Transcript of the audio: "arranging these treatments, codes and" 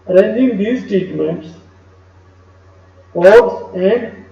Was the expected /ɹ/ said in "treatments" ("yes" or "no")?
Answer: no